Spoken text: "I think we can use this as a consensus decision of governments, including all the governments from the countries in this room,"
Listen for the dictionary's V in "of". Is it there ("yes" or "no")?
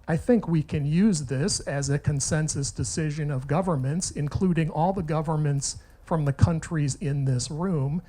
yes